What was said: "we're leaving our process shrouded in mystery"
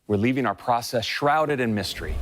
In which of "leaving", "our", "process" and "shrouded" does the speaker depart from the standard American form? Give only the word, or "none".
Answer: none